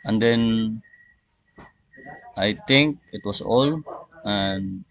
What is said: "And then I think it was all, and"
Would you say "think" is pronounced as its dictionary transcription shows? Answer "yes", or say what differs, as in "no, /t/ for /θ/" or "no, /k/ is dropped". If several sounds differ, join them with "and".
no, /t/ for /θ/